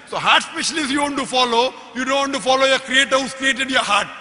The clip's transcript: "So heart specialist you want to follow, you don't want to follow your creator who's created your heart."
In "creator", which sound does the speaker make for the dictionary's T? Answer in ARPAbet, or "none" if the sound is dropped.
T